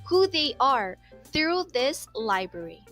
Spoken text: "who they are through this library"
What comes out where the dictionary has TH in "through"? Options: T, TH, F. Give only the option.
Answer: TH